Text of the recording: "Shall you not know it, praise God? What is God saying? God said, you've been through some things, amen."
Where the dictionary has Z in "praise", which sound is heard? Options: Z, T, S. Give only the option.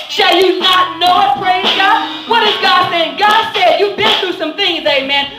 Z